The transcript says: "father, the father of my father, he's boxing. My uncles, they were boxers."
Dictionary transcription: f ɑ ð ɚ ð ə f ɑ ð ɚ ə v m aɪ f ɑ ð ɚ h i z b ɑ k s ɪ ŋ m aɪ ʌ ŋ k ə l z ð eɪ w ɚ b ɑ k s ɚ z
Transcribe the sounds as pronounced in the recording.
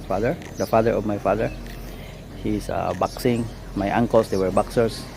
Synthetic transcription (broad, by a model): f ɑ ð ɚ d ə f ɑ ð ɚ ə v m aɪ f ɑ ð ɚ h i s b ɑ k s ɪ ŋ m aɪ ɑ ŋ k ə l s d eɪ w ɚ b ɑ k s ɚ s